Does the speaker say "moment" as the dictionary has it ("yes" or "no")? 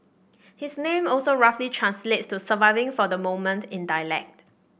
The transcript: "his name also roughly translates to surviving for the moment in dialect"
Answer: yes